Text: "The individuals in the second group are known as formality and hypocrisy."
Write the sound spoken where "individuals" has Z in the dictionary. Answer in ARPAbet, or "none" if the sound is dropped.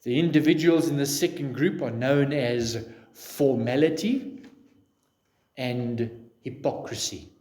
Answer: Z